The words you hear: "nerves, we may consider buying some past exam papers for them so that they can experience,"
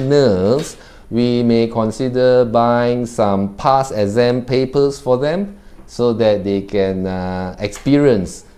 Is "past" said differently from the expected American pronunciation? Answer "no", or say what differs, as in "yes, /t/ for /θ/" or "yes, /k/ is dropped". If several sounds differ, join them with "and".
yes, /t/ is dropped